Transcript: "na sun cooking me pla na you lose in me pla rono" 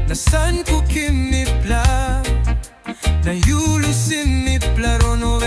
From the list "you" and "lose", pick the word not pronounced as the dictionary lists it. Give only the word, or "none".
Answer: lose